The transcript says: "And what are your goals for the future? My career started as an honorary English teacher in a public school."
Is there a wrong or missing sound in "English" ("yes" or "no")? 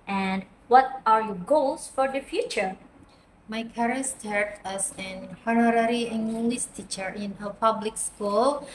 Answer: yes